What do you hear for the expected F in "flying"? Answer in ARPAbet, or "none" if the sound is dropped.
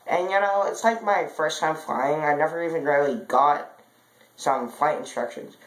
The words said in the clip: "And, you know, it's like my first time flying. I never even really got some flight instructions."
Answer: F